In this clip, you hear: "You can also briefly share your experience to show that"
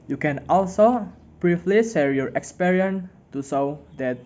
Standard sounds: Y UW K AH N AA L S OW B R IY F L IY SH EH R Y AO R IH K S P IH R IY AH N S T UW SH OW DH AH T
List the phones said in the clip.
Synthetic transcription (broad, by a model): Y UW K AH N AA L S OW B R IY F L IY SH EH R Y AO R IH K S P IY R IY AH N T UW S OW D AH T